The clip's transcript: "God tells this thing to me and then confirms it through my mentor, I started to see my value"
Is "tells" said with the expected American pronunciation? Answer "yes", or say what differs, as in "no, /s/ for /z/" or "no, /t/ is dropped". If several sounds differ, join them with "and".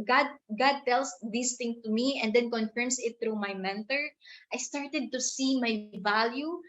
no, /s/ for /z/